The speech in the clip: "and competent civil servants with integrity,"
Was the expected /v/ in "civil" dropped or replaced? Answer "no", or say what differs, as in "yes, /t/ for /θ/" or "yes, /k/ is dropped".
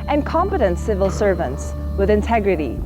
no